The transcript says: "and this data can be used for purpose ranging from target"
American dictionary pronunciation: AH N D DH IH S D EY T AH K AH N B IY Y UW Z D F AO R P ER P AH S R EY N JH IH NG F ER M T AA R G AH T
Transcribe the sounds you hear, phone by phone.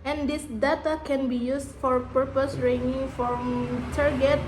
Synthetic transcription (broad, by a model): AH N D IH S D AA T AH K AH N B IY Y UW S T F AO R P ER P AH S R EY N IH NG F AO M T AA R G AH T